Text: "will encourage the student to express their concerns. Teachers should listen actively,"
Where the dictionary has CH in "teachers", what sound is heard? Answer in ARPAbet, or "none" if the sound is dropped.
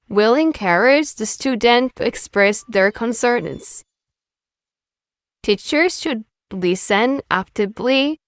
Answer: CH